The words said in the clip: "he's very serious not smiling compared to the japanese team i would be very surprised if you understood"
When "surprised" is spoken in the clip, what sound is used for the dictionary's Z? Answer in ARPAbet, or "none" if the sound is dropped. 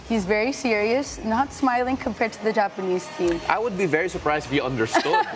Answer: Z